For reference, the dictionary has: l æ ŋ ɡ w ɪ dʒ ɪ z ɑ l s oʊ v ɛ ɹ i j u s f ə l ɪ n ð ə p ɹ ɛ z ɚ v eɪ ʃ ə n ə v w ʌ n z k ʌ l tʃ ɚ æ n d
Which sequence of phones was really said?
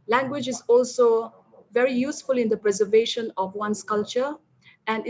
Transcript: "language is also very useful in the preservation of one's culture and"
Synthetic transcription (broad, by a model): l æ ŋ ɡ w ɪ dʒ ɪ z ɑ l s oʊ v ɛ ɹ i j u s f ə l ɪ n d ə p ɹ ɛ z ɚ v eɪ ʃ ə n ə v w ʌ n s k ʌ l tʃ ɚ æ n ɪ